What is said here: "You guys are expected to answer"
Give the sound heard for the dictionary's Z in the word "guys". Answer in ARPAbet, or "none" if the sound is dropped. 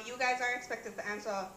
Z